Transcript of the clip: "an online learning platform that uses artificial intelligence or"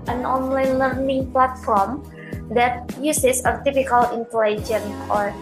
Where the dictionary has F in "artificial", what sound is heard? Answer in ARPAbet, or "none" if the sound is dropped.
P